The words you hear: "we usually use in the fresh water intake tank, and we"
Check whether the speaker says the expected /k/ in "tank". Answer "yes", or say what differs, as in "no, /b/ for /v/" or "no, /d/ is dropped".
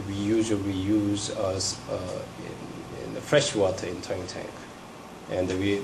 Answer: yes